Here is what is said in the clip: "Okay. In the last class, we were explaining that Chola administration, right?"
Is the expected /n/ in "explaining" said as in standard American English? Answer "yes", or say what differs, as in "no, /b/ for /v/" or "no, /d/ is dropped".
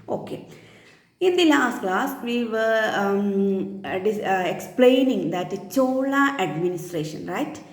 yes